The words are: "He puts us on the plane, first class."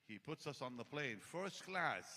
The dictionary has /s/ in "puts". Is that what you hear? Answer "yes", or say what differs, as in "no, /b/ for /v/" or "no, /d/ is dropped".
yes